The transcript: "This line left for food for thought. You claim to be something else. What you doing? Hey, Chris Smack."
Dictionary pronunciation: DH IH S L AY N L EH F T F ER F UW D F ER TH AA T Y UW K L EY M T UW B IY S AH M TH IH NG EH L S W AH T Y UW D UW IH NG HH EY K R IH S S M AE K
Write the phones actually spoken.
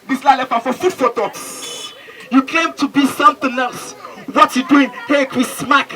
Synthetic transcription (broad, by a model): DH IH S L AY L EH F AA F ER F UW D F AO T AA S Y UW K EY M T UW B IY S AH M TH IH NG EH L S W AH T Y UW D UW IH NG HH EY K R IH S S M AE K